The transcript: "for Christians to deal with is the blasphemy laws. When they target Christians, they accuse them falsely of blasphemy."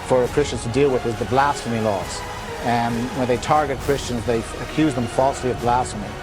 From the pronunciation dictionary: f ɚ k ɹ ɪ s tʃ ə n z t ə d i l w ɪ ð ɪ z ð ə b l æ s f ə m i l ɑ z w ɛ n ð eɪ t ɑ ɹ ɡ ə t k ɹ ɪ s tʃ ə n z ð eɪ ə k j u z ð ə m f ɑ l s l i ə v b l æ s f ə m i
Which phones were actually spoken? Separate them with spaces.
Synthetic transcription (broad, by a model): f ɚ k ɹ ɪ s tʃ ə n z t ə d i l w ɪ ð ɪ z ð ə b l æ s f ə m i l ɑ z w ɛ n ð eɪ t ɑ ɹ ɡ ə t k ɹ ɪ s tʃ ə n z ð eɪ ə k j u z ð ə m f ɑ l s l i ə v b l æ s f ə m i